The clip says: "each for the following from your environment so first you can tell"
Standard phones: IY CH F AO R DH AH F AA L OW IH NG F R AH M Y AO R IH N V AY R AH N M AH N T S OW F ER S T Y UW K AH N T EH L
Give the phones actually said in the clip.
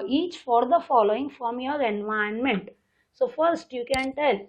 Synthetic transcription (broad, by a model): IY CH F AO R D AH F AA L OW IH NG F R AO M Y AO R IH N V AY AH N M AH N T S OW F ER S T Y UW K AH N T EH L